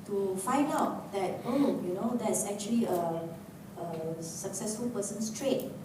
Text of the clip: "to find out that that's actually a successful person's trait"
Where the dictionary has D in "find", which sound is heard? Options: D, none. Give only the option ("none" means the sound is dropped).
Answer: D